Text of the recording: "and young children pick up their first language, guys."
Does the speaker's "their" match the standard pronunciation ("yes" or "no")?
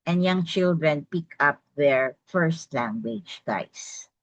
yes